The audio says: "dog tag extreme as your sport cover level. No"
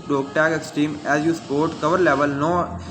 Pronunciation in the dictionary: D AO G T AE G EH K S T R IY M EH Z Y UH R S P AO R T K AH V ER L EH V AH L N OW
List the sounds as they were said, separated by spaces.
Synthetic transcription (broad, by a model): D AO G T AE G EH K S T IY M EH Z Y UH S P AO R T K AH V ER L EH V AH L N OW